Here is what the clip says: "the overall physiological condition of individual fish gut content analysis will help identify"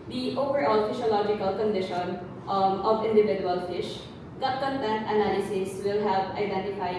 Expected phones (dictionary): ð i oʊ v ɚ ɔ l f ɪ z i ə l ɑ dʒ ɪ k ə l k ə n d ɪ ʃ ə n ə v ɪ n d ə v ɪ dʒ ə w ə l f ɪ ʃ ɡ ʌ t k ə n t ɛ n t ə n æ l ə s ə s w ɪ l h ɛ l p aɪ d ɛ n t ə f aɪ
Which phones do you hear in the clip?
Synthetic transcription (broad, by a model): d i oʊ p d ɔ l f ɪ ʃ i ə l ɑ dʒ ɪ k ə l k ə n d ɪ ʃ ə n ə v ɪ n d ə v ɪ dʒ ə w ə l f ɪ ʃ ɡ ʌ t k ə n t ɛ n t ə n æ l ə s ə s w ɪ l h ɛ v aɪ d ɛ n t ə f aɪ